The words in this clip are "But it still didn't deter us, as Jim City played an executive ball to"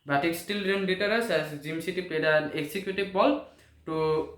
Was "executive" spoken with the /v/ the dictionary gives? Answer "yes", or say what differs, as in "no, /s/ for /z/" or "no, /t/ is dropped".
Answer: no, /b/ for /v/